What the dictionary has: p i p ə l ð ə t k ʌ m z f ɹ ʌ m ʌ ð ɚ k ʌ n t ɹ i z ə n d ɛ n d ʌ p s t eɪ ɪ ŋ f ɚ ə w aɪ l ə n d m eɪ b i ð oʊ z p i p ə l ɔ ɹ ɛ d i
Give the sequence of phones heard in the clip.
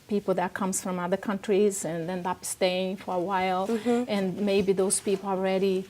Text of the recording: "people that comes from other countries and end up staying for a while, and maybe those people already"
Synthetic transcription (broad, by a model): p i p l ð ə t k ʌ m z f ɹ ʌ m ʌ ð ɚ k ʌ n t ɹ i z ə n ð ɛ n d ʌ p s t eɪ ɪ ŋ f ɚ ə w aɪ l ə n m eɪ b i ð oʊ z p i p l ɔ ɹ ɛ d i